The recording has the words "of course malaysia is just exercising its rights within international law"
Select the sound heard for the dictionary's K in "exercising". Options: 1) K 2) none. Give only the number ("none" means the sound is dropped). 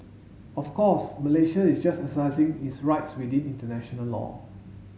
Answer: 2